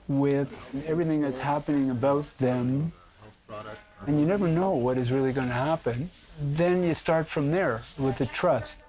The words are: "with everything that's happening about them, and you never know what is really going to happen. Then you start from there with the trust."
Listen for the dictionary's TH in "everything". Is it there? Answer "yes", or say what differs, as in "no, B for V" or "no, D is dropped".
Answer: yes